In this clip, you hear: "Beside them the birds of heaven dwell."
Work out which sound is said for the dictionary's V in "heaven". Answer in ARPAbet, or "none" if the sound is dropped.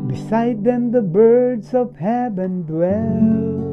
B